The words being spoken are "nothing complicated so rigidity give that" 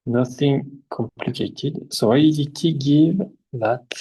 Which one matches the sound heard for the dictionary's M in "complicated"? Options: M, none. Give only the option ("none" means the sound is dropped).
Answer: M